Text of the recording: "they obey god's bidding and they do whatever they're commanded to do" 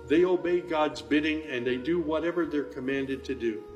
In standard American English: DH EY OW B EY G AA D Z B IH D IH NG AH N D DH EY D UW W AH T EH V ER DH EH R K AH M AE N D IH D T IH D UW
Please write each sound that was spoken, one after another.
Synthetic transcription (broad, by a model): DH EY OW B EY G AA D Z B IH D IH NG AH N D DH EY D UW W AH T EH V ER DH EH R K AH M AE N D IH D T IH D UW